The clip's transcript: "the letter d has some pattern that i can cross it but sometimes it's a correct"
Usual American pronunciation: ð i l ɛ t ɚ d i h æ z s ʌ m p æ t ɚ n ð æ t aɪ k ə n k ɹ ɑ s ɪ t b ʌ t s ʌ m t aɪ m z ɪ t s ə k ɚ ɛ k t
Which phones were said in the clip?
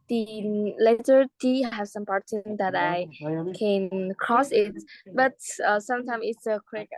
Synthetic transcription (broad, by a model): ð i l ɛ t ɚ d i h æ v s ʌ m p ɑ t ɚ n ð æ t aɪ k ə n k ɹ ɑ s ɪ t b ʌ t s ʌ m t aɪ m ɪ t s ə k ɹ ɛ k